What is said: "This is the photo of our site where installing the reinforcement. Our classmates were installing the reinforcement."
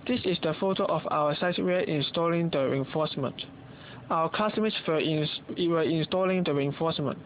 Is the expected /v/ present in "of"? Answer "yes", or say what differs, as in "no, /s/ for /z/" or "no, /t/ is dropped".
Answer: no, /f/ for /v/